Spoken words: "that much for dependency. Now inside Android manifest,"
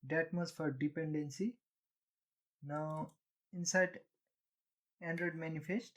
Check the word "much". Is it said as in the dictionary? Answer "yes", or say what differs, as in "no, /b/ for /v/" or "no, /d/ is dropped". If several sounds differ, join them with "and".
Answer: no, /s/ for /tʃ/